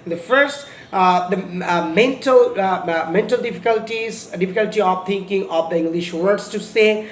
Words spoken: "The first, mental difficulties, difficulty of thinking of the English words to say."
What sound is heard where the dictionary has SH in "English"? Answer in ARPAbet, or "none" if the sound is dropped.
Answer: SH